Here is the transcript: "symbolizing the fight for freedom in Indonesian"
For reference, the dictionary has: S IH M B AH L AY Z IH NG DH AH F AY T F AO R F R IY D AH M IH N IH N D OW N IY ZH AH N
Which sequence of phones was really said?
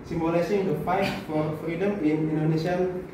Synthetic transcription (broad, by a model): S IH M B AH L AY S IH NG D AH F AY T F AO R F R IY D AH M IH N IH N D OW N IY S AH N